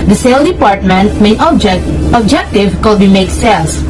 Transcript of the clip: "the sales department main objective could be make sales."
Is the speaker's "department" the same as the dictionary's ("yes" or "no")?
yes